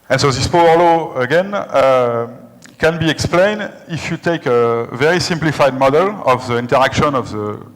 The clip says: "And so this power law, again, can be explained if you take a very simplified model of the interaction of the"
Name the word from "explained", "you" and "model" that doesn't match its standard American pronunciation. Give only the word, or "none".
none